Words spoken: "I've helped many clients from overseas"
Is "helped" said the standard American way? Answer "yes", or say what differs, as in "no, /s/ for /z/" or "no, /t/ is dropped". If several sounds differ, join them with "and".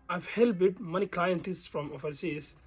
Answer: no, /b/ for /p/